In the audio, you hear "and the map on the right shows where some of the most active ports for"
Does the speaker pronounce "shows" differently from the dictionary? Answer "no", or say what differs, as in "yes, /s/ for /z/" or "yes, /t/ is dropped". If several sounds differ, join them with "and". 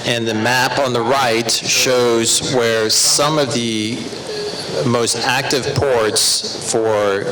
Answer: no